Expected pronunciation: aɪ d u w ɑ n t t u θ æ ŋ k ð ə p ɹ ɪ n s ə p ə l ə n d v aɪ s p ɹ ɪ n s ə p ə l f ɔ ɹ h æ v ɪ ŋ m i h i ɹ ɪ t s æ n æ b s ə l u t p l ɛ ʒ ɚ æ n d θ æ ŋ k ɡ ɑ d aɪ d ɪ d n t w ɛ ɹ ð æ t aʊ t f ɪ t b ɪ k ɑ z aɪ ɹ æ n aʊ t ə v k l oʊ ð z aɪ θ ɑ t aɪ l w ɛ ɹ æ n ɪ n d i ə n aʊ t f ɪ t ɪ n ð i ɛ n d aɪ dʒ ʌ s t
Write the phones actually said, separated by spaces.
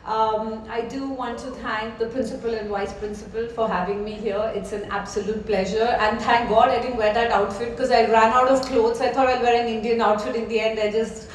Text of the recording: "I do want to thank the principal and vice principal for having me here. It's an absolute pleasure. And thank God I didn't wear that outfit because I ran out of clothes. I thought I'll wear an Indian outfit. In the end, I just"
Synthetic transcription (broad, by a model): aɪ d u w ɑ n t t u t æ ŋ k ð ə p ɹ ɪ n s ə p ə l ə n d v aɪ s p ɹ ɪ n s ə p ə l f ɔ ɹ h æ v ɪ ŋ m i h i ɹ ɪ t s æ n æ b s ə l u t p l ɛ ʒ ɚ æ n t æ ŋ k ɡ ɑ d aɪ d ɪ d n t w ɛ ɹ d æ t aʊ t f ɪ t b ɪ k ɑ z aɪ ɹ æ n aʊ t ə v k l oʊ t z aɪ t ɑ t aɪ l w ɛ ɹ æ n ɪ n d i ə n aʊ t f ɪ t ɪ n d i ɛ n d aɪ dʒ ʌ s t